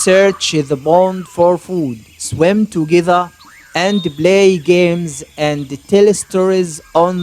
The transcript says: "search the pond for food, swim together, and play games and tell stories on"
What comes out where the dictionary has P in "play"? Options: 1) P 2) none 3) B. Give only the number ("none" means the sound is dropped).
3